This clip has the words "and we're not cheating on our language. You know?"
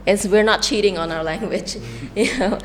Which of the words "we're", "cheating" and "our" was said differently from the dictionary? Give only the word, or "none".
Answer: none